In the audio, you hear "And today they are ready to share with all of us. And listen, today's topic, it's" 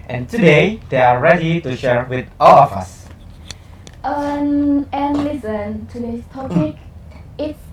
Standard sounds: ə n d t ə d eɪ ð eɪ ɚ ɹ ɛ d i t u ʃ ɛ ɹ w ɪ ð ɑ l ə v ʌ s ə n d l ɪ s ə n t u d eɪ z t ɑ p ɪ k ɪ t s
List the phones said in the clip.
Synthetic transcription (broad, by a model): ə n t ə d eɪ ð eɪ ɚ ɹ ɛ d i t u ʃ ɛ ɹ w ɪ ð ɑ l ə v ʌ s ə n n l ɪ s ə n t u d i s t ɑ p ɪ k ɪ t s